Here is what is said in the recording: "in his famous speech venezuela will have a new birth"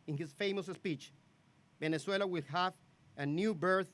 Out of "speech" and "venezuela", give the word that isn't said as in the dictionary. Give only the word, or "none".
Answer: venezuela